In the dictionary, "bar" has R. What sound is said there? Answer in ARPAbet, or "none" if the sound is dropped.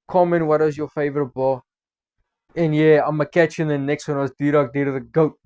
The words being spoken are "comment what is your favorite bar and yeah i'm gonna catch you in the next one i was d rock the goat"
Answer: L